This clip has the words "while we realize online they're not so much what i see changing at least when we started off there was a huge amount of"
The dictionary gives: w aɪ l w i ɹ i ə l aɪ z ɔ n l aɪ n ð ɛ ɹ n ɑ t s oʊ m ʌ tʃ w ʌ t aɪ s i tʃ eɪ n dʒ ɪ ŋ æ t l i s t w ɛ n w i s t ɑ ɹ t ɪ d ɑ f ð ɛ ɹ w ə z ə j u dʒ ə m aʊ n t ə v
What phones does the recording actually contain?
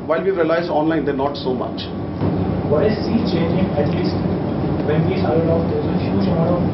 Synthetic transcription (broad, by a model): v aɪ l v i ɹ i ə l aɪ z ɔ n l aɪ n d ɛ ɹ n ɑ t s oʊ m ʌ tʃ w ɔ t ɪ s i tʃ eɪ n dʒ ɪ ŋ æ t l i s t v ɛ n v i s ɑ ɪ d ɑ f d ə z ə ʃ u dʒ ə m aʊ t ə